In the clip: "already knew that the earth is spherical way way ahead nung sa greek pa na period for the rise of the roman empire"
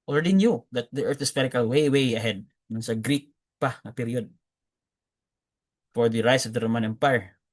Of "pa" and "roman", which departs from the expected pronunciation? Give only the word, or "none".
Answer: none